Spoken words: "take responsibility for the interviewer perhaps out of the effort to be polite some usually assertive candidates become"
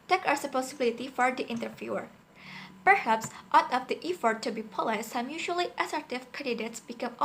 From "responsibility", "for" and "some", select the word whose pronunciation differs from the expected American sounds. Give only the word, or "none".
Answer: responsibility